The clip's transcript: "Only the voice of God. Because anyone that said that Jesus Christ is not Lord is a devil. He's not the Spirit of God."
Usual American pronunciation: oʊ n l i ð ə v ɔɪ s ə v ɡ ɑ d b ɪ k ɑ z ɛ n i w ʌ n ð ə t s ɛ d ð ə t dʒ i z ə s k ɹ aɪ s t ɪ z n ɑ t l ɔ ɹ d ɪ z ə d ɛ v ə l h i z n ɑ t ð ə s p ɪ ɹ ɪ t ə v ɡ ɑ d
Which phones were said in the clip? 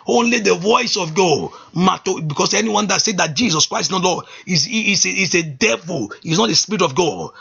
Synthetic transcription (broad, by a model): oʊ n l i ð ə v ɔɪ s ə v ɡ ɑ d b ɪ k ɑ s ɛ n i w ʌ n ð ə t s ɛ d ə t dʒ i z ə s k ɹ aɪ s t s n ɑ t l ɔ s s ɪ s ə d ɛ v ə l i s n ɑ t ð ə s p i ɹ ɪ t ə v ɡ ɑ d